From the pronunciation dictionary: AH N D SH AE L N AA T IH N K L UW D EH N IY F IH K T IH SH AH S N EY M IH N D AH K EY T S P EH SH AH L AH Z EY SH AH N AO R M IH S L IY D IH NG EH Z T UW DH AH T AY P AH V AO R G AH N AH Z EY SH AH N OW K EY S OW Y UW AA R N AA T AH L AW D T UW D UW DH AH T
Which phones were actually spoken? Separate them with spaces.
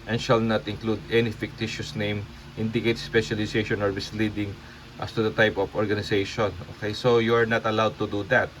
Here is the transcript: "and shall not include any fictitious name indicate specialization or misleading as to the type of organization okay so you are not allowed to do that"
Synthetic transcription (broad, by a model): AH N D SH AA L N AA T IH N K L UW D EH N IY F IH K T IH SH AH S N EY M IH N D AH K EY T S P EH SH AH L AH S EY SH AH N AO R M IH S L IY D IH NG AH S T UW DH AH T AY P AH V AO R G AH N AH S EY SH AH N OW K EY S OW Y UW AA R N AA T AH L AW D T UW D UW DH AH T